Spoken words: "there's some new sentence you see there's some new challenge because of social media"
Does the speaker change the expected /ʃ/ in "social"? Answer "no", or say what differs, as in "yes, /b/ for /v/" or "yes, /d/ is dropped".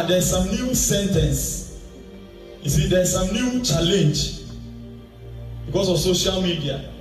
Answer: no